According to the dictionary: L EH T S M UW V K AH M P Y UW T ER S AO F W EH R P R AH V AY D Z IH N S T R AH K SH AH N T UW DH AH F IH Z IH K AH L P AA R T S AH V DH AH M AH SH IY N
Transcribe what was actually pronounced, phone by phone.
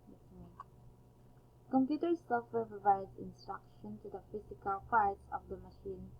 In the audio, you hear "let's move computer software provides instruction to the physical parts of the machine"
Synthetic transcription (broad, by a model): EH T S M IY K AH M P Y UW T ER S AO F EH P R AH V AY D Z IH N S T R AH K SH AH N T UW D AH F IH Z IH K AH L F AA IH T S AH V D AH M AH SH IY N